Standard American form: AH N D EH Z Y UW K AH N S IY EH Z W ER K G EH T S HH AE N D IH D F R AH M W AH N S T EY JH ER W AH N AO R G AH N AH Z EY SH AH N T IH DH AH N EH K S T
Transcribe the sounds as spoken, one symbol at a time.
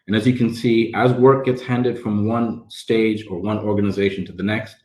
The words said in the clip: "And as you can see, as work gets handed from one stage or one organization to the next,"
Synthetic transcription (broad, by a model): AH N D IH Z Y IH K AH N S IY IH Z W ER K G EH T S HH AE N D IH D F R AH M W AH N S T EY JH ER W AH N AO R G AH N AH Z EY SH N T IH DH AH N EH K S T